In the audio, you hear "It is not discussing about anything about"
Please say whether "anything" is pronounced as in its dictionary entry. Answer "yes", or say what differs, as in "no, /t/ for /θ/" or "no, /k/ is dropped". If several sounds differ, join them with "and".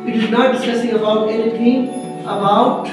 no, /t/ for /θ/